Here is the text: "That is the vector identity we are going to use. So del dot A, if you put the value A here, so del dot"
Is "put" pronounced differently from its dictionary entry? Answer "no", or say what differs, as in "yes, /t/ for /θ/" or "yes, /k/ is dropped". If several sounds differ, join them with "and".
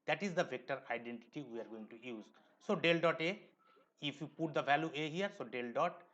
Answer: no